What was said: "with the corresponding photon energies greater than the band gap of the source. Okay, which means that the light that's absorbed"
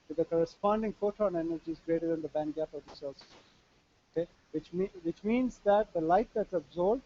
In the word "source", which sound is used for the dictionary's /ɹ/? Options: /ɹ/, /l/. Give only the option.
/l/